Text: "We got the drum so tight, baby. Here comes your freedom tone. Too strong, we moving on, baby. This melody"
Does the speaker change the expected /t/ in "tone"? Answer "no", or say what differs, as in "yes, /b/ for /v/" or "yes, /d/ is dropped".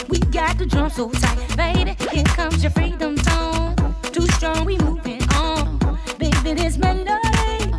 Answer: yes, /s/ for /t/